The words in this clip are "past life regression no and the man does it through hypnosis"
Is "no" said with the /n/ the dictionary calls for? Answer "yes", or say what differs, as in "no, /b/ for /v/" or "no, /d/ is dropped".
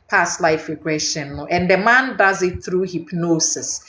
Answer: no, /l/ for /n/